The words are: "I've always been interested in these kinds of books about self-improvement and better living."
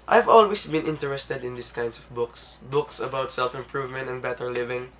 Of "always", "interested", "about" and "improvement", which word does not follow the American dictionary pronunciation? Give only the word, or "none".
always